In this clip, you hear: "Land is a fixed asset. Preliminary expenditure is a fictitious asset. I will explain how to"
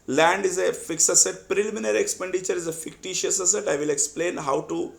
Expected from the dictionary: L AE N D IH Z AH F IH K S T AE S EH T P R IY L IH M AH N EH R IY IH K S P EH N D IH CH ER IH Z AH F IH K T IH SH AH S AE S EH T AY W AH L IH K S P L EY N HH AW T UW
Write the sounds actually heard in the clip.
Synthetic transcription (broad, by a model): L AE N D IH Z AH F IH K S AH S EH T P R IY L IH M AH N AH R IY K S P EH N D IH CH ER IH Z AH F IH K T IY SH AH S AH S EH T AY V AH L IH K S P L EY N HH AW T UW